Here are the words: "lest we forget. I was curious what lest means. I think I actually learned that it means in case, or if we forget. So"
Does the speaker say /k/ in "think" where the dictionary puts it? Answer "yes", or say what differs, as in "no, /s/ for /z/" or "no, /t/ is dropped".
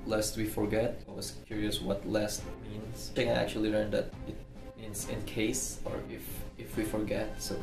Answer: no, /k/ is dropped